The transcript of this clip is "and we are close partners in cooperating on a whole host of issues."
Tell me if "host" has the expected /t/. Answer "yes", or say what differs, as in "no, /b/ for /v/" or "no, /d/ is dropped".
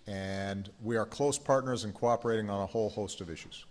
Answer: yes